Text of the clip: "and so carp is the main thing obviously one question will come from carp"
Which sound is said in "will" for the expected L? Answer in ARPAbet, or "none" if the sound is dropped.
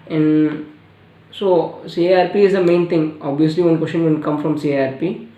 N